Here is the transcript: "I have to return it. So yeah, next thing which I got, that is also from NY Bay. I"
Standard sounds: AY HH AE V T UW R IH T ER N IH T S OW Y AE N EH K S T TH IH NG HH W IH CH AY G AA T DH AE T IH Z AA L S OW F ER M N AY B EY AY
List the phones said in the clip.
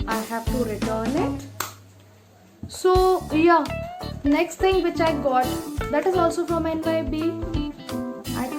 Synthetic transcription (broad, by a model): AY HH AE V T UW R IH T ER N IH T S OW Y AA N EH K S T T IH NG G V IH CH AY G AA T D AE T IH Z AA L S OW F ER M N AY B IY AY